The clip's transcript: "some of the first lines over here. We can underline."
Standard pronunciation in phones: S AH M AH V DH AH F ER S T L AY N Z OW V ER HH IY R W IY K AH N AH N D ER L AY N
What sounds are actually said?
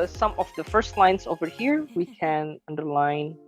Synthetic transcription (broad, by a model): S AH M AH V DH AH F ER S T L AY N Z OW V ER HH IY R W IY K AH N AH N D ER L AY N